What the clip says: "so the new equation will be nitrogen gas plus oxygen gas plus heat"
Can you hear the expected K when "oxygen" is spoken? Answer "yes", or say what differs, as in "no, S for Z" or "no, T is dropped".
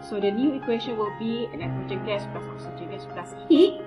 no, K is dropped